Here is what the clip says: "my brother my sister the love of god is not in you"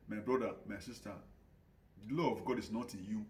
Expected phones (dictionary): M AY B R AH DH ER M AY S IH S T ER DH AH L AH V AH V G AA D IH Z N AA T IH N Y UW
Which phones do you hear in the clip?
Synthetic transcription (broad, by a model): M AY B R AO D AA M AY S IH S T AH L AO AH V G AA D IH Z N AA T IH N Y UW